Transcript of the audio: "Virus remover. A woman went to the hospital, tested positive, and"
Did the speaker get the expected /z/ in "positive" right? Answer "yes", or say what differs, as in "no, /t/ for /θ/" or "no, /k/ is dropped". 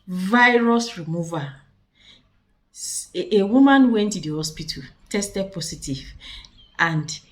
no, /s/ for /z/